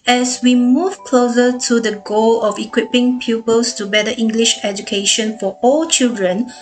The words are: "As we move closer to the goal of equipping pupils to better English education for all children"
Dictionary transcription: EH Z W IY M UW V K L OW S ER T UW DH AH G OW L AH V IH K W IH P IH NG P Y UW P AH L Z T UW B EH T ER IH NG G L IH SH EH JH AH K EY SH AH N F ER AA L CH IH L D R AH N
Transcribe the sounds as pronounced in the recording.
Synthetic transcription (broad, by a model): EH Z W IY M UW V K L OW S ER T UW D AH G OW L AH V IH K W IH P IH NG P Y UW P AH L S T UW B EH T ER IH NG G L IH SH EH JH AH K EY SH AH N F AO AA L CH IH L D R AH N